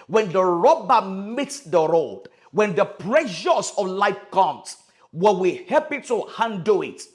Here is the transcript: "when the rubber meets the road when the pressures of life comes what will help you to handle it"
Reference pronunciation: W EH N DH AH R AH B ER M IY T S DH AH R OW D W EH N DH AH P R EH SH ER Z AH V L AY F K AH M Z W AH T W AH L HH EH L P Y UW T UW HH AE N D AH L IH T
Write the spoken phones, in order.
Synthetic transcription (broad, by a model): W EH N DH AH R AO B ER M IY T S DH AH R OW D W EH N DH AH P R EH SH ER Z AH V L AY F K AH M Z W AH W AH HH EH P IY T UW HH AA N D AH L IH T